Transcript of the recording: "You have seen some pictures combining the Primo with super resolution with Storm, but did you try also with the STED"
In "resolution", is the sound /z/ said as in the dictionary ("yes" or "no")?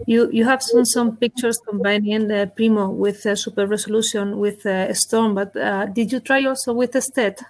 no